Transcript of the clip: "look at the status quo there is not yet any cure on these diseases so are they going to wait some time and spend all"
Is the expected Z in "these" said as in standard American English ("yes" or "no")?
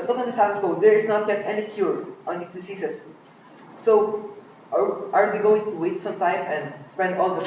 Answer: no